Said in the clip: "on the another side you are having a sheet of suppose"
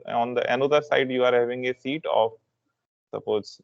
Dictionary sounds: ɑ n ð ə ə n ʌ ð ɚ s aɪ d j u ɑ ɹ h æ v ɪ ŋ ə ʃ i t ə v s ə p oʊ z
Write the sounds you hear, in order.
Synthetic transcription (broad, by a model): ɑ n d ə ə n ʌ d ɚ s aɪ d j u ɑ ɹ h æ v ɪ ŋ ə s i t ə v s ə p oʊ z